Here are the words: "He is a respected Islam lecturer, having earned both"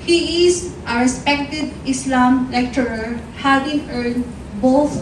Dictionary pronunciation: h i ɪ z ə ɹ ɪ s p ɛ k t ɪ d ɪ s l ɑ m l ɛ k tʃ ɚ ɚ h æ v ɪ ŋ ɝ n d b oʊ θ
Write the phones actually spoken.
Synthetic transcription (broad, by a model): h i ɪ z ə ɹ ɪ s p ɛ k t ɪ d ɪ s l ɑ m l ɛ k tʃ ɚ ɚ h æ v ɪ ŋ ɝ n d b oʊ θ